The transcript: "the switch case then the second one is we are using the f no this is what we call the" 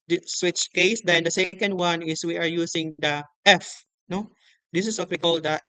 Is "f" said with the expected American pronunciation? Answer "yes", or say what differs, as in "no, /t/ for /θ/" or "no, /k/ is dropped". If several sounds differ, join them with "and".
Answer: yes